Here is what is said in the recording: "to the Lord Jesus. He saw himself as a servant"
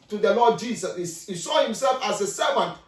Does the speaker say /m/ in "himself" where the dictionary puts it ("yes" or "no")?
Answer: yes